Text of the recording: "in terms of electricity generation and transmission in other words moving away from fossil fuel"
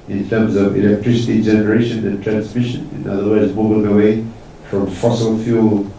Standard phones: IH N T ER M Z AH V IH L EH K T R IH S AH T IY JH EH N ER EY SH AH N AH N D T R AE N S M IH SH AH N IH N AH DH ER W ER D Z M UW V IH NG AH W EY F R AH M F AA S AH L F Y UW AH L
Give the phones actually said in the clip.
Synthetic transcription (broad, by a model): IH N T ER M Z AH V IH L EH K T R IH S AH T IY JH EH N ER EY SH AH N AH N T R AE N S M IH SH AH N IH N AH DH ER W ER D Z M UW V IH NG AH W EY F R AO M F AA S AH L F Y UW L